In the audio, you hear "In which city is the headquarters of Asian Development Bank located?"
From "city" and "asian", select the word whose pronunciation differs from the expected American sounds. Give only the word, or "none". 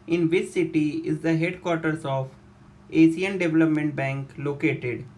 asian